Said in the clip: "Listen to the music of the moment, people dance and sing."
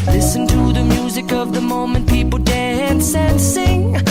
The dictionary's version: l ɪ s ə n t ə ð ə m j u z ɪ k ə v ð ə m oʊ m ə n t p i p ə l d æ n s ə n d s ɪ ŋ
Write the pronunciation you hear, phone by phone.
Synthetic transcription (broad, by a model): l ɪ s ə n t ə ð ə m j u z ɪ k ə v ð ə m oʊ m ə n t p i p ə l d æ n s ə n s ɪ ŋ